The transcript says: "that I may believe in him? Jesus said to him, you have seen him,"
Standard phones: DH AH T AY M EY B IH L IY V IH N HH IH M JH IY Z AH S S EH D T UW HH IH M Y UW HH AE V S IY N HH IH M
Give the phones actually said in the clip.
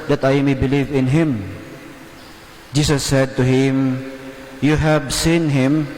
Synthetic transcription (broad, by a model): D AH T AY M EY B IH L IY V IH N HH IH M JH IY S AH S S EH D T UW HH IH M Y UW HH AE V S IY N HH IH M